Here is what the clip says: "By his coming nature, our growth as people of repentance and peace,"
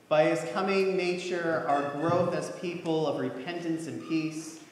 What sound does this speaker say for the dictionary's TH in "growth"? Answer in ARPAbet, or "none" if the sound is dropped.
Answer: TH